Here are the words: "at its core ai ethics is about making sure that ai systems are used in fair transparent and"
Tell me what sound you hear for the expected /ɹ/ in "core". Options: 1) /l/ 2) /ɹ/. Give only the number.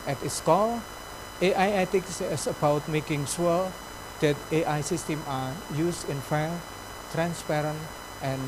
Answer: 1